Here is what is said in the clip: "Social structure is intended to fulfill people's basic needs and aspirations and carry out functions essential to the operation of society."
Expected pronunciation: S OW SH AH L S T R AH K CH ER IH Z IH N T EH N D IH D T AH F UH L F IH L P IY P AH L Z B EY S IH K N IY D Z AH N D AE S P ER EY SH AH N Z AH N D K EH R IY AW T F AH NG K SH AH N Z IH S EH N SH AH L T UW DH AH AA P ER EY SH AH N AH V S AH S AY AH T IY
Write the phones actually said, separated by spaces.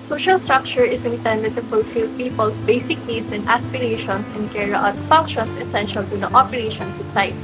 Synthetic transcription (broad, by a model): S OW SH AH L S T R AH K CH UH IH S IH N T EH N D IH D T AH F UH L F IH L P IY P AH L S B EY S IH K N IY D S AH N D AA S P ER EY SH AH N S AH N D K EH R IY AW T F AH NG K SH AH N S IH S EH N SH AH L T UW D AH AA P ER EY SH AH N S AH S AY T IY